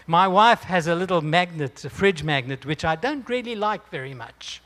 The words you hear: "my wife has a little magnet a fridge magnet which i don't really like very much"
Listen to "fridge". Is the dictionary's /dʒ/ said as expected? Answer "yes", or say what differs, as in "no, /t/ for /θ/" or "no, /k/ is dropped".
yes